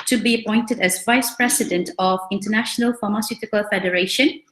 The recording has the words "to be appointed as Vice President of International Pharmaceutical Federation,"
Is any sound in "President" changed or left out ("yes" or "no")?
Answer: yes